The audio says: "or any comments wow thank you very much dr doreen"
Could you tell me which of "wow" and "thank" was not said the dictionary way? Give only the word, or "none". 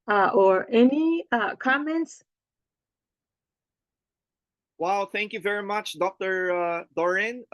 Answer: none